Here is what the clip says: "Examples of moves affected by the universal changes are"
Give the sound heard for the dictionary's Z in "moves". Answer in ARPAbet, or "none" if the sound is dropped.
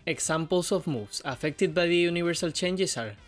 S